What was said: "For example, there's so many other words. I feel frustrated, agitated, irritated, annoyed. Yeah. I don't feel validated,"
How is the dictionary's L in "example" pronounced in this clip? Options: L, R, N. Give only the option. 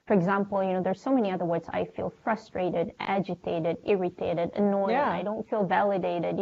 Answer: N